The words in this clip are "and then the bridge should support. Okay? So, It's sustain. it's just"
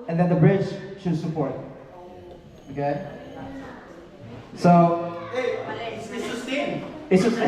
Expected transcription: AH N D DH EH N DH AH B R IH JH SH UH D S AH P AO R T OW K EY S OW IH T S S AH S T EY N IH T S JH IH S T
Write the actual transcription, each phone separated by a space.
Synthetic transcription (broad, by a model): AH N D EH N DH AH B R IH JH SH UH D S AH P AO R T OW K EY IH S S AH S S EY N IH T S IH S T